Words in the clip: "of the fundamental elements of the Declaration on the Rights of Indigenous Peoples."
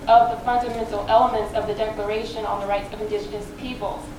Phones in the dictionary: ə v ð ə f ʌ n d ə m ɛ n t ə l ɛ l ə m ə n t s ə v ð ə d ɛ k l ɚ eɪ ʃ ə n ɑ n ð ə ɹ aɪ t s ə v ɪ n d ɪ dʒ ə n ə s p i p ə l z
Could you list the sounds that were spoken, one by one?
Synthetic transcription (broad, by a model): ə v ð ə f ʌ n d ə m ɛ n t l ɛ l ə m ə n t s ə v ð ə d ɛ k l ɚ eɪ ʃ ə n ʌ n ð ə ɹ aɪ t s ə v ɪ n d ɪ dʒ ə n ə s p i p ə l